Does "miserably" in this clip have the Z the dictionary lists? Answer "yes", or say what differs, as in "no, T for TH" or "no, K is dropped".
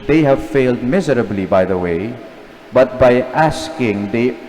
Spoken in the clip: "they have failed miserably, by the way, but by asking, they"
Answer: yes